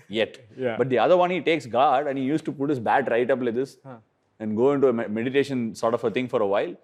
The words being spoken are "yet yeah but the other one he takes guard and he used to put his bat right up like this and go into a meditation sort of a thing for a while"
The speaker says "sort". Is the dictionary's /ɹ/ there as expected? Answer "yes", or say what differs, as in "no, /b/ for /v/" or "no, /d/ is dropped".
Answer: yes